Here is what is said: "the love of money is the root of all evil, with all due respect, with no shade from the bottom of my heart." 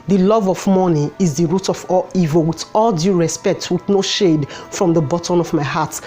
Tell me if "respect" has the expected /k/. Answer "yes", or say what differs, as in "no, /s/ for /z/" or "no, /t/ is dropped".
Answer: yes